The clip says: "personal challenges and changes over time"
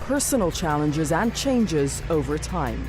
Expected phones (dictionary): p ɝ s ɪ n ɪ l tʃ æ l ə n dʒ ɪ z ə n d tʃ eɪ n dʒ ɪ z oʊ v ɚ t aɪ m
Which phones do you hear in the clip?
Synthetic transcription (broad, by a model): p ɝ s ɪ n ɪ l tʃ æ l ə n dʒ ɪ z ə n tʃ eɪ n dʒ ɪ z oʊ v ɚ t aɪ m